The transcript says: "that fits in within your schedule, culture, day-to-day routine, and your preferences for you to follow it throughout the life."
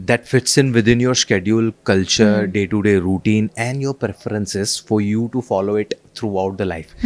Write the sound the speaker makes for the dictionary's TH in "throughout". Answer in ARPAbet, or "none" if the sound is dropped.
T